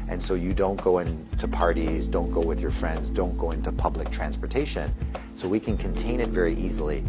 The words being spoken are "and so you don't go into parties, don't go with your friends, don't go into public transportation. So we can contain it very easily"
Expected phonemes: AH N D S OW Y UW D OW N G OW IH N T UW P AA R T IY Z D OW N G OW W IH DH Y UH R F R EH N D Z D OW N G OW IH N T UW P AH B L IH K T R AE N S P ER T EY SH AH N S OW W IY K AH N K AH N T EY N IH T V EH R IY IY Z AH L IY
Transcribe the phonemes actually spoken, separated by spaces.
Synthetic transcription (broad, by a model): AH N S OW Y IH D OW N G OW IH N T UW P AA R T IY Z D OW N G OW W IH DH Y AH R F R EH N D Z D OW N G OW IH N T UW P AH B L IH K T R AE N S P ER T EY SH AH N S OW W IY K AH N K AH N T EY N IH T V EH R IY IY Z L IY